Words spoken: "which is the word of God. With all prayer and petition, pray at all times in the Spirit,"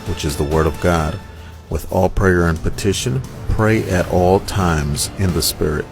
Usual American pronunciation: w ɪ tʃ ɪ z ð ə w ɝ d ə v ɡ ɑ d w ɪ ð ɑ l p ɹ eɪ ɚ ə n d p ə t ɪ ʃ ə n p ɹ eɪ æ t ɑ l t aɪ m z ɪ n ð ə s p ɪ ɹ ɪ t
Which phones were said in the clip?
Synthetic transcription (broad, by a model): w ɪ tʃ ɪ z ð ə w ɝ d ə v ɡ ɑ d w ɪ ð ɑ l p ɹ eɪ ɚ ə n p ə t ɪ ʃ ə n p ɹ eɪ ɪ t ɑ l t aɪ m z ɪ n ð ə s p ɪ ɹ ɪ t